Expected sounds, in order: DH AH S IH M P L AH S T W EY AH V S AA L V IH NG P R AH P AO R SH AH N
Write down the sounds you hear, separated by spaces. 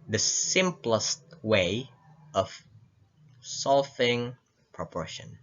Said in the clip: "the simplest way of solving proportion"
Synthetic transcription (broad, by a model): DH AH S IH M P L AH S T W EY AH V S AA L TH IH NG P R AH P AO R SH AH N